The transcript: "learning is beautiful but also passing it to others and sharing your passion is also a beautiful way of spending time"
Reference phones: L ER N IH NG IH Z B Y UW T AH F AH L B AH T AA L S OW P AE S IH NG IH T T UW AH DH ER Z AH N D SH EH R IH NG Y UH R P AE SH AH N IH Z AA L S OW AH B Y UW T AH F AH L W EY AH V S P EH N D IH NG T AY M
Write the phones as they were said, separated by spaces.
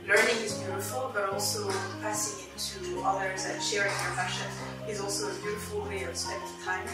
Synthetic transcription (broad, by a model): L ER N IH NG IH Z B Y UW T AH F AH L B AH T AA L S OW P AE S IH NG IH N T UW AH DH ER Z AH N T SH EH R IH NG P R F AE SH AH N IH Z AA L S OW AH B Y UW T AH F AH L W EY AH V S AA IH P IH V T AY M